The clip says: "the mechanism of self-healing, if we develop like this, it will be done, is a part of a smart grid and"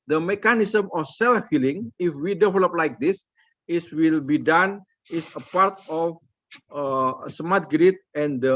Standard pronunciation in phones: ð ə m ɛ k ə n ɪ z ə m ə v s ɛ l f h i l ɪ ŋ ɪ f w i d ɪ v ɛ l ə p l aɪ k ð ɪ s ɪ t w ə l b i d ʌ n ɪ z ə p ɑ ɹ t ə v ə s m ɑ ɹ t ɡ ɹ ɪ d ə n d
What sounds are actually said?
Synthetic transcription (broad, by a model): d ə m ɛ k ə n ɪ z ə m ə f s ɛ l f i l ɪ ŋ ɪ f w i d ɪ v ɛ l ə p l aɪ k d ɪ s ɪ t w ə l b i d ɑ n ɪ s ə p ɑ ɹ t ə f ə s m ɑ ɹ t ɡ ɹ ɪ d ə n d